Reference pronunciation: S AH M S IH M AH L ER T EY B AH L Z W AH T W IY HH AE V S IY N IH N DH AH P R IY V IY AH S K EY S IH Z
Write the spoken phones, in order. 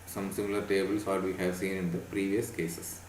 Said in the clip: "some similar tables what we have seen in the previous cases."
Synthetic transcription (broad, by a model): S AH M S IH M AH L ER T EY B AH L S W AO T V IY HH AE V S IY N IH N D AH P R IY V IY AH S K EY S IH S